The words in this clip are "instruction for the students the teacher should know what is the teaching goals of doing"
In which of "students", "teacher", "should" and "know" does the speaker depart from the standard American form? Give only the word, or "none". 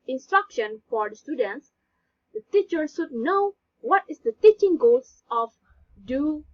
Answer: should